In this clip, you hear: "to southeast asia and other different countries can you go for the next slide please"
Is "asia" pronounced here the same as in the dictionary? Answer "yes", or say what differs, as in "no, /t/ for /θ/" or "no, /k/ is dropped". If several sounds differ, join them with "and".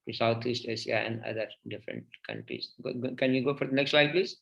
no, /ʃ/ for /ʒ/